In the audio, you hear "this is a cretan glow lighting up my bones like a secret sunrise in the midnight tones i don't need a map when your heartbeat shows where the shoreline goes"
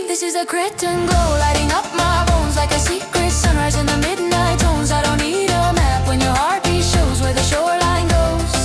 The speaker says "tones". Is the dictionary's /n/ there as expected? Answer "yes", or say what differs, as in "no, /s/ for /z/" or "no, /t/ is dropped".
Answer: yes